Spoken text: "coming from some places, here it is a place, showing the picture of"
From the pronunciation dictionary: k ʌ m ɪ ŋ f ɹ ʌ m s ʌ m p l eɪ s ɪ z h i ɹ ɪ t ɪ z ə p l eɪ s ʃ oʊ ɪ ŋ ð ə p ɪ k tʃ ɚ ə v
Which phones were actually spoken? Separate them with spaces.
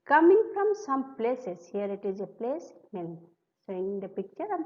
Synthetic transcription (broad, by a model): k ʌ m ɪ ŋ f ɹ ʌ m s ʌ m p l eɪ s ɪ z h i ɹ ɪ t ɪ z ə p l eɪ s s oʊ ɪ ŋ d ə p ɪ k tʃ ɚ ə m